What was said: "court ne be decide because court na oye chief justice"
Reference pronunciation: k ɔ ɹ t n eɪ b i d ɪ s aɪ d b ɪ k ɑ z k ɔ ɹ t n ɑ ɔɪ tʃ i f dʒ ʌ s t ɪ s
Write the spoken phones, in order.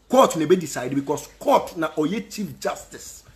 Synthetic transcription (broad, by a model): k ɔ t n eɪ b i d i s aɪ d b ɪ k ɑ s k ɔ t n ɑ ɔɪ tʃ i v dʒ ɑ s t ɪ s